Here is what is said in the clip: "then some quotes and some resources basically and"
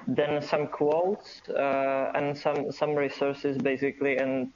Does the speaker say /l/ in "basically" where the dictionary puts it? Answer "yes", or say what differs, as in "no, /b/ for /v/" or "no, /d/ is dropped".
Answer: yes